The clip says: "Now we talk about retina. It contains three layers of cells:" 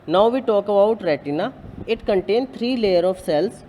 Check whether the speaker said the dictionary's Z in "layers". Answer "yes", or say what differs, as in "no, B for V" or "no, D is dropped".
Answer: no, Z is dropped